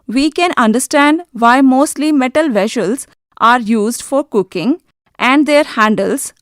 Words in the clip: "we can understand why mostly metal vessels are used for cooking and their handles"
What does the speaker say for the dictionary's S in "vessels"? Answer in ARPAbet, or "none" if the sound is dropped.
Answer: SH